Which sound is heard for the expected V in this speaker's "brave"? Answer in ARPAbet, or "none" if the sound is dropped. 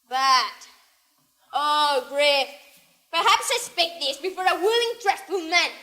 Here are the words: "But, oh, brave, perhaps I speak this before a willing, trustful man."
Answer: F